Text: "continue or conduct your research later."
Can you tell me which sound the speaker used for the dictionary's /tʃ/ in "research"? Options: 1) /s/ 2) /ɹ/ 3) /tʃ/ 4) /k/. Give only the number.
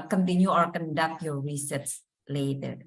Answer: 1